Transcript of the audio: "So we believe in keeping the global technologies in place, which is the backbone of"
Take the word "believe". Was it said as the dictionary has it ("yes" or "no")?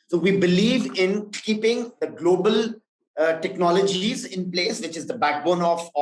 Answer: yes